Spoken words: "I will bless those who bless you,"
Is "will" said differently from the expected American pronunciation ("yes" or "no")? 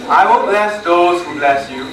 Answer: yes